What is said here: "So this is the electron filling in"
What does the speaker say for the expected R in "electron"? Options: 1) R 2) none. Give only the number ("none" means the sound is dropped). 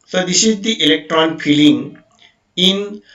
1